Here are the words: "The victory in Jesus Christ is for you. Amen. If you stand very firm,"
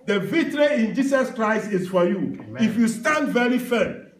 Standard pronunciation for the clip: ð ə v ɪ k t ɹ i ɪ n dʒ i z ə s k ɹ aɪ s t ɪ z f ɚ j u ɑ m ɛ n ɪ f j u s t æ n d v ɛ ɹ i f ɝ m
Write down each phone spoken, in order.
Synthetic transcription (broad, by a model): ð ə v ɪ t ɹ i ɪ n dʒ i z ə s k ɹ aɪ s t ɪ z f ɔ j u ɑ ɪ f j u s t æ n d v ɛ ɹ i f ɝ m